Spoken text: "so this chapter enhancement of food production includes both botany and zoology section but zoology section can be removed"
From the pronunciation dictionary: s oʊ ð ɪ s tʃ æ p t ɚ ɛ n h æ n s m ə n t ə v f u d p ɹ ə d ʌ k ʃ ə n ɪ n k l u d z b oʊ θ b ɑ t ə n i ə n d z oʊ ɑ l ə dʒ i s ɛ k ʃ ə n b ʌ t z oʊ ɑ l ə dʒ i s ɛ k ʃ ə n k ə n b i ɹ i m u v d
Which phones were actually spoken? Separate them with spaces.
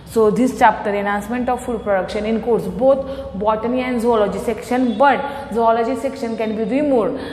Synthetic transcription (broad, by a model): s oʊ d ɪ s tʃ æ p t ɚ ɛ n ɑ n s m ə n t ə v f u d p ɹ ə d ʌ k ʃ ə n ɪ n k u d s b oʊ t b ɑ t ə n i ə n d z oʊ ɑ l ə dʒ i s ɛ k ʃ ə n b ʌ t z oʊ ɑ l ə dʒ i s ɛ k ʃ ə n k ə n b i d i m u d